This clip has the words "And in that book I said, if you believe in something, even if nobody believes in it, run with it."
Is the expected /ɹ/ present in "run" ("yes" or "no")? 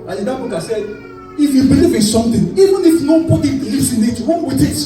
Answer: no